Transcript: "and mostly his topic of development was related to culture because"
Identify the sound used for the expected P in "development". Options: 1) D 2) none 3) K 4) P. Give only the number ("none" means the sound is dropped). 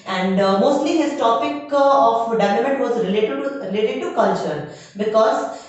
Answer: 2